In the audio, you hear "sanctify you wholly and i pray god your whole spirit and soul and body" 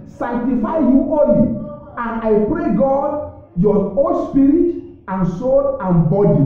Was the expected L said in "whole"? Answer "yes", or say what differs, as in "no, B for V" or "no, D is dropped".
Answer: no, N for L